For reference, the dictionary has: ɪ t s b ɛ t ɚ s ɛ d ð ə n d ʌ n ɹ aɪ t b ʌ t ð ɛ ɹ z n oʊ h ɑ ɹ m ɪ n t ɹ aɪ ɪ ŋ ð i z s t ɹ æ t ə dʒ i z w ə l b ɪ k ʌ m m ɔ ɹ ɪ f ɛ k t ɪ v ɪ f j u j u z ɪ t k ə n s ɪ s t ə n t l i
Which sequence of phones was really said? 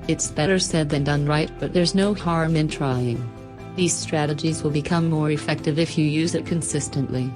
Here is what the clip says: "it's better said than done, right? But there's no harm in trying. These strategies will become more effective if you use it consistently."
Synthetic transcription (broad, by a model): ɪ t s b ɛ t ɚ s ɛ d ð ə n d ʌ n ɹ aɪ t b ʌ t ð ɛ ɹ z n oʊ h ɑ ɹ m ɪ n t ɹ aɪ ɪ ŋ ð i z s t ɹ æ t ə dʒ i z w ə l b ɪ k ʌ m m ɔ ɹ ɪ f ɛ k t ɪ v ɪ f j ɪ j u z ɪ t k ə n s ɪ s t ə n t l i